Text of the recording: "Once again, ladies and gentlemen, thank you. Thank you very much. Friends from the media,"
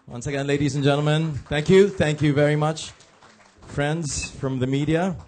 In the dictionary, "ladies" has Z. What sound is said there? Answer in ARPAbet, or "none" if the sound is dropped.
Z